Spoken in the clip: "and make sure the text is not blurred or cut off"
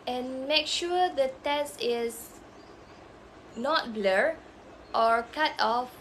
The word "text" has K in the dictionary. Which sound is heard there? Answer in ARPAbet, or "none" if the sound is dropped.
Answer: none